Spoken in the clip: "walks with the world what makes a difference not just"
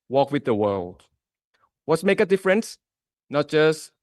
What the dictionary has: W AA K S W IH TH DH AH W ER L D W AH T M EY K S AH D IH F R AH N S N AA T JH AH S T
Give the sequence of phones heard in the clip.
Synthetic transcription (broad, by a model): W AA K W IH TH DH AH W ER L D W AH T M EY K AH D IH F R AH N S N AA T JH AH S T